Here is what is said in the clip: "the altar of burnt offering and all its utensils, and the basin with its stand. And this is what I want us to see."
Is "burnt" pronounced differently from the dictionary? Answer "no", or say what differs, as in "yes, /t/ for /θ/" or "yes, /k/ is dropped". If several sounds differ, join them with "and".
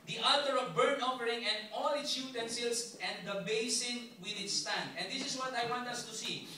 yes, /t/ is dropped